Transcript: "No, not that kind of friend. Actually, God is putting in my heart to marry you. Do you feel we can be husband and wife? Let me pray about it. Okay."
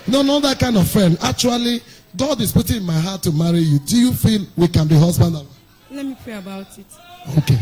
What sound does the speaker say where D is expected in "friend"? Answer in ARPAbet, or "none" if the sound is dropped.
none